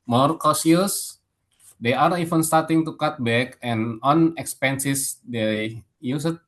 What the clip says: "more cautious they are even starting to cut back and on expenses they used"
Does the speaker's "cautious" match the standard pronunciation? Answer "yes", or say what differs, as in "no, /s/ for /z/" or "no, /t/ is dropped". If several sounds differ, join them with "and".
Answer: no, /s/ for /ʃ/